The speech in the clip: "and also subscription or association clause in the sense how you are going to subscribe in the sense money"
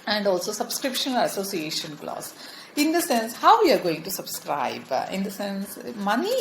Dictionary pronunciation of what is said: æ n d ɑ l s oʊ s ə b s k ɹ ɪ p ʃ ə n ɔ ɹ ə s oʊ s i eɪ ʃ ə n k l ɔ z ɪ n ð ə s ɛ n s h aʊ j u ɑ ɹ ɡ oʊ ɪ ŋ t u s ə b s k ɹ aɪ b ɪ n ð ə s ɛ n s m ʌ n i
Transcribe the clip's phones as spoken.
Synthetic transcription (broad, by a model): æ n d ɑ l s oʊ s ə b s k ɹ ɪ p ʃ ə n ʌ l ə s oʊ s i eɪ ʃ ə n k l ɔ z ɪ n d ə s ɛ n s h aʊ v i ɑ ɹ ɡ oʊ ɪ ŋ t u s ə b s k ɹ aɪ b ɪ n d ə s ɛ n s m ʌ n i